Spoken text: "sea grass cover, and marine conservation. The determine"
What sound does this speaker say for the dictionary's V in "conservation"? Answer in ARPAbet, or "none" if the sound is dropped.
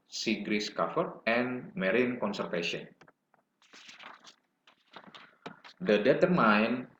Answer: F